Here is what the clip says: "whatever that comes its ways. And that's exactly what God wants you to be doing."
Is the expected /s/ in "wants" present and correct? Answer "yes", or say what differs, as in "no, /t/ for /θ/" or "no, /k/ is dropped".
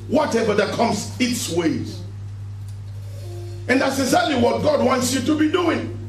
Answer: yes